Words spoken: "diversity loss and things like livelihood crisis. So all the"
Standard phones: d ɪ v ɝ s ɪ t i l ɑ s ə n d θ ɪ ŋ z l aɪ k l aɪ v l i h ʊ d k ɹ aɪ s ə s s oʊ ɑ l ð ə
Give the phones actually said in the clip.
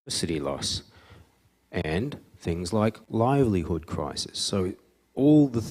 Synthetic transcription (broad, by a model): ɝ s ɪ t i l ɑ s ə n θ ɪ ŋ z l aɪ k l aɪ v l i h ʊ d k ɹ aɪ s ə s s oʊ ɑ l ð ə